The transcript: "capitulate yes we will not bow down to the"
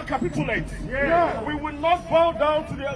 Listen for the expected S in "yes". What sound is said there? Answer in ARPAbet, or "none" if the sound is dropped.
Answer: none